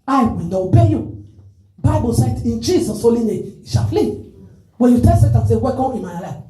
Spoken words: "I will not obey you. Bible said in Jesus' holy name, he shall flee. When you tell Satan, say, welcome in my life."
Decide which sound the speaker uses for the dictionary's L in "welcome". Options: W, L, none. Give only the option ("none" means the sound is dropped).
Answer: none